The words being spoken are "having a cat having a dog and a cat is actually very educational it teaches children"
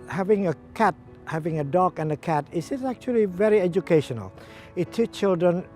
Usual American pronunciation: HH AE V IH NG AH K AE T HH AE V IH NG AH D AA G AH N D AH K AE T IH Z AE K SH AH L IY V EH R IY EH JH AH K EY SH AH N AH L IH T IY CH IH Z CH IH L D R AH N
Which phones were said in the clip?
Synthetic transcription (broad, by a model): HH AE V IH NG AH K AE T HH AE V IH NG AH D AA G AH N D AH K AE T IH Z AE K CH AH L IY V EH R IY EH JH AH K EY SH AH N AH L IH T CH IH CH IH L D R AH N